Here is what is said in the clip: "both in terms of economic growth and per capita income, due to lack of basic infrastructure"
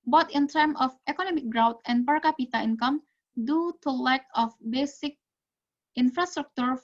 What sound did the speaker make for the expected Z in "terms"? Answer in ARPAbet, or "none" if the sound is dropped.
none